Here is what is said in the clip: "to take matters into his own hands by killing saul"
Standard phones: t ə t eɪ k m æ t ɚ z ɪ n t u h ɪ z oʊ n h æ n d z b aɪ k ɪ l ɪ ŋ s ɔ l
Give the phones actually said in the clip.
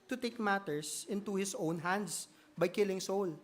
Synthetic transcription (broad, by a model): t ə t eɪ k m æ t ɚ s ɪ n t u h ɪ s oʊ n h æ n d s b aɪ k ɪ l ɪ ŋ s ɔ l